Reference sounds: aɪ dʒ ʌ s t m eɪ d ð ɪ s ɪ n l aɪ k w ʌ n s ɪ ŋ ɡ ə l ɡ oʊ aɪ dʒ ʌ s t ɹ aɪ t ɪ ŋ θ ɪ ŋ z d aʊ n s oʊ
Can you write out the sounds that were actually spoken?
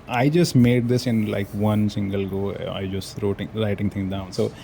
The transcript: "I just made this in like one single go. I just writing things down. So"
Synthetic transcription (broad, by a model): aɪ dʒ ʌ s t m eɪ d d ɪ s ɪ n l aɪ k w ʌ n s ɪ ŋ ɡ ə l ɡ oʊ aɪ dʒ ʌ s t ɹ aɪ t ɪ ŋ t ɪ ŋ d aʊ n s oʊ